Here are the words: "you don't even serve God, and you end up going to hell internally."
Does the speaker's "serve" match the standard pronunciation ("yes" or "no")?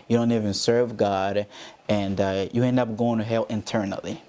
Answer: yes